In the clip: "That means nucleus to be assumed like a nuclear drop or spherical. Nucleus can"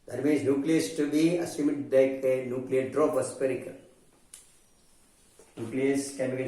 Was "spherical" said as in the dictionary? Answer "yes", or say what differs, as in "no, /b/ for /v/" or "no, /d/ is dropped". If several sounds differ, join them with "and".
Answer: no, /p/ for /f/